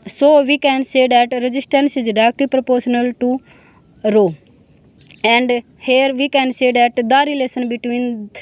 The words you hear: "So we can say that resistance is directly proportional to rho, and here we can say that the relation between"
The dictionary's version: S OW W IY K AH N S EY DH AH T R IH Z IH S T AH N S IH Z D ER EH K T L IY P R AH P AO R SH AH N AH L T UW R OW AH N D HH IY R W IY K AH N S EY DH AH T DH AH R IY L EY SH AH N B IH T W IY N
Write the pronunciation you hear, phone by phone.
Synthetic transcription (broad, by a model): S OW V IY K AH N S EY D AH T R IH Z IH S T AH N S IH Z D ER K T IY P R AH P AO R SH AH N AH L T UW R OW AH N D HH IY R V IY K AH N S EY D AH T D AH R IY L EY S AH N B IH T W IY N